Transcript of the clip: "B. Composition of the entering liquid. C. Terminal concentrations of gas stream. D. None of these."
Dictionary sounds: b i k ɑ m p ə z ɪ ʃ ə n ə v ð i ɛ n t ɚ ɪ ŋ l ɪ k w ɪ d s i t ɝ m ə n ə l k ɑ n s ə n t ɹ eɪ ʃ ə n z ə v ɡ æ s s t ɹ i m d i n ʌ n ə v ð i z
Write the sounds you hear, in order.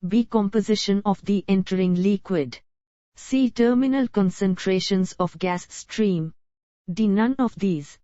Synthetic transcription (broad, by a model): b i k ɑ m p ə z ɪ ʃ ə n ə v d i ɛ n t ɚ ɪ ŋ l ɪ k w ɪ d s i t ɝ m ə n ə l k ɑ n s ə n t ɹ eɪ ʃ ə n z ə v ɡ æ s s t ɹ i m d i n ʌ n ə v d i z